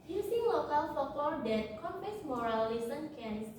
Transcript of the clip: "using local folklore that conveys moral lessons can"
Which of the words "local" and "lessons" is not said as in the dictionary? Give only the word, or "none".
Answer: lessons